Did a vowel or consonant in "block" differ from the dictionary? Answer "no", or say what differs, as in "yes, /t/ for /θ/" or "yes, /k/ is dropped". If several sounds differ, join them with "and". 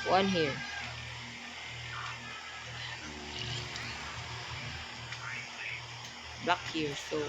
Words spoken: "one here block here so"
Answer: yes, /l/ is dropped